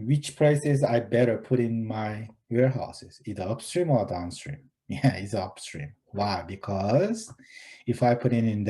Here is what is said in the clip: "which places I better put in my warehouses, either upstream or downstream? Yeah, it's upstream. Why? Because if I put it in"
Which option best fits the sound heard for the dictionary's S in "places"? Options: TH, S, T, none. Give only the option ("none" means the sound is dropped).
S